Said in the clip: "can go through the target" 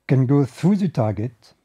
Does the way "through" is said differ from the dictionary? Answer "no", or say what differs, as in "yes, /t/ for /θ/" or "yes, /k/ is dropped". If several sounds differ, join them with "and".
yes, /ɹ/ is dropped